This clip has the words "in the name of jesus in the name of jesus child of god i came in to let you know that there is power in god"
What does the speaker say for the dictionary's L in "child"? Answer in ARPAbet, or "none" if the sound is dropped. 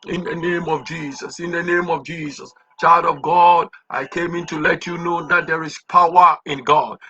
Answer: L